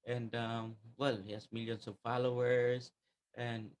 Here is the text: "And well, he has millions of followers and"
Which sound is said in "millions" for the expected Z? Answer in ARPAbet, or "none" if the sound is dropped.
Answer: S